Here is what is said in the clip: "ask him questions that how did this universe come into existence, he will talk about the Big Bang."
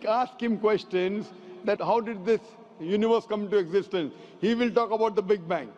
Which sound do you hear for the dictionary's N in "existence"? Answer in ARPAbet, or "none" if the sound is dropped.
N